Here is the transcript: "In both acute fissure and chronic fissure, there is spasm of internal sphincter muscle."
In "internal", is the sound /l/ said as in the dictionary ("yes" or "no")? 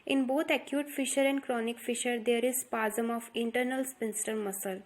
yes